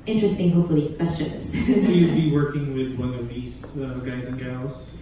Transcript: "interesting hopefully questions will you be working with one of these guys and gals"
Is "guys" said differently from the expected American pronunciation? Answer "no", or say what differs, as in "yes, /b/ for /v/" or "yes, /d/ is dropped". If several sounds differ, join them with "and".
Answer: no